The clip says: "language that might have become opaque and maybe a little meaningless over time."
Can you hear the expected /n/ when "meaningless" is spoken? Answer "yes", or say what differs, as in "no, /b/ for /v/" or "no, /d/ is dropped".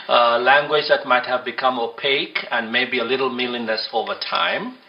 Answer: no, /l/ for /n/